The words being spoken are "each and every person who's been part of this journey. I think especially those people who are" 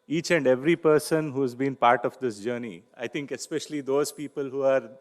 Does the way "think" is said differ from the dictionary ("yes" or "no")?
yes